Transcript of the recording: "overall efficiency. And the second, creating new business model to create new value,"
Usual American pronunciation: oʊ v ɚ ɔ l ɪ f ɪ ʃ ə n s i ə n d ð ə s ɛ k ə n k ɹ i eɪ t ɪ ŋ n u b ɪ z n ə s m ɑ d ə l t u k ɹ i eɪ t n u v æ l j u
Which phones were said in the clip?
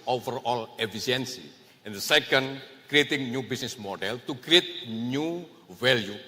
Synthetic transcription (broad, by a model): oʊ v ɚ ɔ l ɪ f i s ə n s i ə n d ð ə s ɛ k ə n k ɹ i eɪ t ɪ ŋ n u b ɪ s n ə s m ɑ d ə l t u k ɹ i eɪ t n u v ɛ l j u